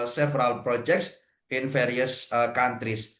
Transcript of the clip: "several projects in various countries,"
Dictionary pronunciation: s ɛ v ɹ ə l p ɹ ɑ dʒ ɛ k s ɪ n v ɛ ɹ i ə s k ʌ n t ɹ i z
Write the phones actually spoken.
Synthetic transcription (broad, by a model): s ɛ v ɹ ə l p ɹ ɑ dʒ ɛ k s ɪ n f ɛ ɹ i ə s k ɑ n t ɹ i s